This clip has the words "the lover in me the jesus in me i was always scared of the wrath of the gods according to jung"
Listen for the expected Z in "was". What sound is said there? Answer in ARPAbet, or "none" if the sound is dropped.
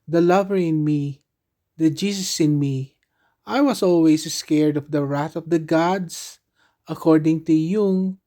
S